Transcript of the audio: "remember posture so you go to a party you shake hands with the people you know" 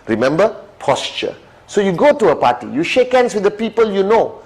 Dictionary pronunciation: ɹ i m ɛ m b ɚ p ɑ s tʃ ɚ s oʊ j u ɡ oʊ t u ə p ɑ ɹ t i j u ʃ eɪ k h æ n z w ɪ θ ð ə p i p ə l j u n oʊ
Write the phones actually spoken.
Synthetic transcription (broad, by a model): ɹ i m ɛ m b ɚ p ɑ s tʃ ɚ s oʊ j u ɡ oʊ t u ə p ɑ t i j u ʃ eɪ k h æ n s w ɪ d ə p i p ə l j u n oʊ